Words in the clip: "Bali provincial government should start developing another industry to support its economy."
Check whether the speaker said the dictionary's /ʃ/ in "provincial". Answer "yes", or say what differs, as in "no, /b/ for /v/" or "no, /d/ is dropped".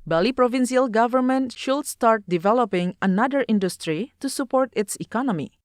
no, /s/ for /ʃ/